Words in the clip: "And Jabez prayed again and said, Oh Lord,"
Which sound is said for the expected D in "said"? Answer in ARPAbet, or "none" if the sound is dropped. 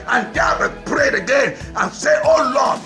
none